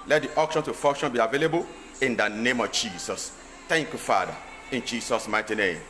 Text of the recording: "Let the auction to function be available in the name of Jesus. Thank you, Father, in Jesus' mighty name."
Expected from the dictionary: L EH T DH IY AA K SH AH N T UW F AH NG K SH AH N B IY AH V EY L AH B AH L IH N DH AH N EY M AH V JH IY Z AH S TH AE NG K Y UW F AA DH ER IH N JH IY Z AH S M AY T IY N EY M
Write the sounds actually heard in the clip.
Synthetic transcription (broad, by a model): L EH T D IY AA K SH AH N T UW F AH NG K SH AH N B IY AH V EY L AH B AH L IH N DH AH N EY M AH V JH IY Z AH S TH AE NG K Y UW F AA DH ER IH N JH IY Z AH S M AY T IY N EY M